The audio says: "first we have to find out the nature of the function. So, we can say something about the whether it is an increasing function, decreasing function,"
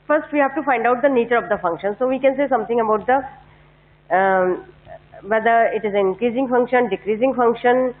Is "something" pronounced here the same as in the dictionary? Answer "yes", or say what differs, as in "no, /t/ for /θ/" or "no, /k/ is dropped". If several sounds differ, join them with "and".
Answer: no, /t/ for /θ/